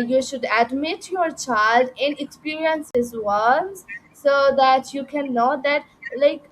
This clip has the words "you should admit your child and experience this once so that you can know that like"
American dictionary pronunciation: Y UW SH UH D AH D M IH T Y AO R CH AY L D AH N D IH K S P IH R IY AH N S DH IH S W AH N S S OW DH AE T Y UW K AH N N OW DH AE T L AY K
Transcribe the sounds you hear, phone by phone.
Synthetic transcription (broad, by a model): Y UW SH UH D AH D M IH T Y AO R CH AY L D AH N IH K S P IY R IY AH N S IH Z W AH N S S OW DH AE T Y UW K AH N N OW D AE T L AY K